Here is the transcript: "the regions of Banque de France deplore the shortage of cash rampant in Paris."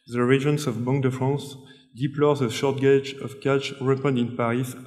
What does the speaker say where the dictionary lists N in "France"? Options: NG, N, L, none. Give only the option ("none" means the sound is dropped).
none